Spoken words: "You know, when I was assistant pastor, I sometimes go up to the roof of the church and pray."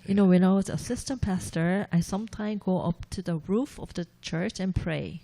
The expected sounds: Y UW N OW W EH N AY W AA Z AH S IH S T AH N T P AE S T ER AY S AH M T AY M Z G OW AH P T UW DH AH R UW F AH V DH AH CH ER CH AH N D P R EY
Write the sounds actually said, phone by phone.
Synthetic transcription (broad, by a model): Y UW N OW W EH N AY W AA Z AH S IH S T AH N P AE S T ER AY S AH M T AY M G OW AH P T UW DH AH R UW F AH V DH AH CH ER CH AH N P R EY